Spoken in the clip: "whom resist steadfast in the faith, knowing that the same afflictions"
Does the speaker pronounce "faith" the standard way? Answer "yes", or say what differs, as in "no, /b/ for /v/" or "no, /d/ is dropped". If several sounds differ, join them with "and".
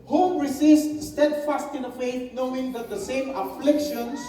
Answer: no, /t/ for /θ/